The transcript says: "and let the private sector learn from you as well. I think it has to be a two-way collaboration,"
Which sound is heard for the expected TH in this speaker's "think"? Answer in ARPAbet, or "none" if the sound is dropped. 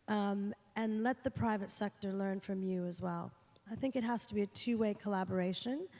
TH